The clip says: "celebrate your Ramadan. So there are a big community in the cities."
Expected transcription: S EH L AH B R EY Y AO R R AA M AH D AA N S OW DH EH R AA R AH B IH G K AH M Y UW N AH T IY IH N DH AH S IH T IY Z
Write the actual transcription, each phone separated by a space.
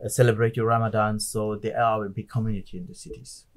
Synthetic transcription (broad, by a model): S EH L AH B R EY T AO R R AA M AH D AA N S OW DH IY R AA W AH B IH K AH M Y UW N AH T IY IH N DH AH S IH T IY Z